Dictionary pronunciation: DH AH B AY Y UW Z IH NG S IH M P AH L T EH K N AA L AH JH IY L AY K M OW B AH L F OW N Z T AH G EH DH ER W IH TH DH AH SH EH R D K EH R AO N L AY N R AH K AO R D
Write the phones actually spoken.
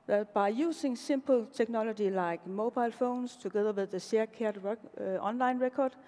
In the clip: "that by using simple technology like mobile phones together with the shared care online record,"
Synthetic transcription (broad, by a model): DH B AY Y UW S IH NG S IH M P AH L S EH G N AA L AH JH IY L AY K M OW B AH L F OW N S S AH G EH DH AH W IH DH AH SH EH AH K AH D AO N L AY N R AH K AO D